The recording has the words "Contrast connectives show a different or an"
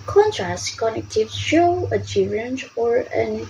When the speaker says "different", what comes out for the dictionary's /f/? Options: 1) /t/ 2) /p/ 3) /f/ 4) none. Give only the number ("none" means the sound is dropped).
4